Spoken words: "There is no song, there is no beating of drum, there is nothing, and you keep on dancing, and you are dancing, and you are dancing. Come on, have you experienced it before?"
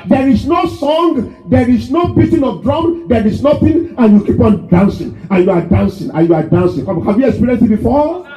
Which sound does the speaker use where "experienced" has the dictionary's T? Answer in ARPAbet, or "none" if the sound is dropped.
none